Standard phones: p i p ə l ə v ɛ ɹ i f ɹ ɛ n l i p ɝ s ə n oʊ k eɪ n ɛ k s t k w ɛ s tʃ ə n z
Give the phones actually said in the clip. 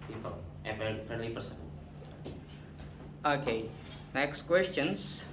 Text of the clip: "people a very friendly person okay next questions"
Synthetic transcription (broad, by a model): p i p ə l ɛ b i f ɛ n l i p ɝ s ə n oʊ k eɪ n ɛ k s t k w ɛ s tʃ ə n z